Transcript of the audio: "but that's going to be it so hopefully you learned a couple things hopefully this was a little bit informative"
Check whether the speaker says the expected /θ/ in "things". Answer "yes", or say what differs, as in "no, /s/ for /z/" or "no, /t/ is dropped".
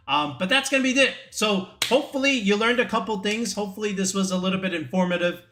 yes